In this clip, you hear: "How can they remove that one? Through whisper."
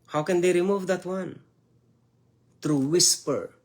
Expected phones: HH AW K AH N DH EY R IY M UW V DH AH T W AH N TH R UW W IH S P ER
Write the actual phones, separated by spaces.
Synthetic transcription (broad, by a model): HH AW K AH N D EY R IY M UW V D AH T W AH N T R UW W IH S P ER